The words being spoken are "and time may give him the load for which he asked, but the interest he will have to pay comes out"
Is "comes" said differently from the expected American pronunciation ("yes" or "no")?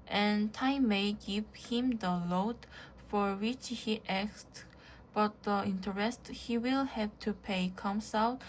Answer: yes